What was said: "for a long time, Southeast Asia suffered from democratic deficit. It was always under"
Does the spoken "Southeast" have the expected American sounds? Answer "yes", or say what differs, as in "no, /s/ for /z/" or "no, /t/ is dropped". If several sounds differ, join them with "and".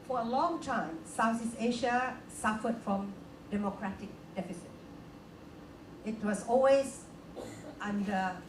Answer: no, /t/ is dropped